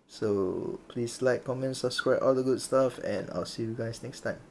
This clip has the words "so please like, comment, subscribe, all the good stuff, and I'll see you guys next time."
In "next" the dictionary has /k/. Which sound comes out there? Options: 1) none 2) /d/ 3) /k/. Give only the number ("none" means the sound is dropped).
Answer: 3